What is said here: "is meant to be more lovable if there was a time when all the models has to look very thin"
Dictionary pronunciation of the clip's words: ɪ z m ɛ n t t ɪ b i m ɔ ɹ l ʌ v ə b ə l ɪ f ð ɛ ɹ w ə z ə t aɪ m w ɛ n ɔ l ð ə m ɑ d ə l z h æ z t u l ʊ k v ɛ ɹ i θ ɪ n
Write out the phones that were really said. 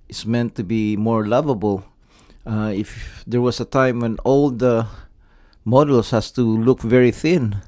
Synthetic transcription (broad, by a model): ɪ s m ɛ n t t ɪ b i m ɔ ɹ l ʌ v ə b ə l ɪ f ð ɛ ɹ w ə s ə t aɪ m w ɛ n ɔ l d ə m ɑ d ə l s h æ s t u l ʊ k v ɛ ɹ i θ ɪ n